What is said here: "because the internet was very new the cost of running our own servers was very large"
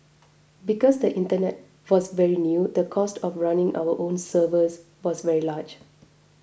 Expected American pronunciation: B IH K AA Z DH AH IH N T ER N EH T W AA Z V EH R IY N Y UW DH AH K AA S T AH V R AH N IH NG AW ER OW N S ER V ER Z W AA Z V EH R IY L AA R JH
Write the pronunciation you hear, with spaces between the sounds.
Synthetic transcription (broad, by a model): B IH K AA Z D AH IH N T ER N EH T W AA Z V EH R IY N Y UW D AH K AA S T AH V R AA N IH NG AW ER OW N S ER V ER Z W AA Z V EH R IY L AA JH